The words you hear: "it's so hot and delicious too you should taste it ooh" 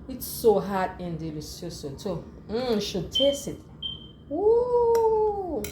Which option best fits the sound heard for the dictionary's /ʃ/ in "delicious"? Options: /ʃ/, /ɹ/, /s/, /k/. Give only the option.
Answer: /s/